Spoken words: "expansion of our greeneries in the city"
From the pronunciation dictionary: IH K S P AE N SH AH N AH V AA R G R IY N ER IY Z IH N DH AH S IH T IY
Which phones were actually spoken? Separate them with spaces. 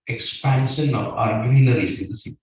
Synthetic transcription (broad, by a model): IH K S P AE N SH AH N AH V AA R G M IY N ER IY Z IH N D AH S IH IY